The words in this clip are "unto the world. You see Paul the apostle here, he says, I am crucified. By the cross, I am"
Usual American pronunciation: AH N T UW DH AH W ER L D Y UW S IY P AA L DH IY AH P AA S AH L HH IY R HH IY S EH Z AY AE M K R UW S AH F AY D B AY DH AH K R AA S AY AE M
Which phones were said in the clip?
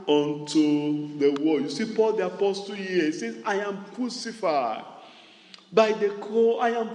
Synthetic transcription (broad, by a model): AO N T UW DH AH W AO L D Y UW S IY P AA L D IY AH P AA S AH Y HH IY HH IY S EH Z AY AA M K R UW S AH F AY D B AY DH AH K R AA AY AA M